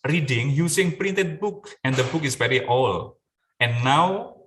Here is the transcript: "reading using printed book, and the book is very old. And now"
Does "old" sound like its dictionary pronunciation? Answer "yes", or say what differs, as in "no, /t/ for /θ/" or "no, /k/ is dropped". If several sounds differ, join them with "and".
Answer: no, /d/ is dropped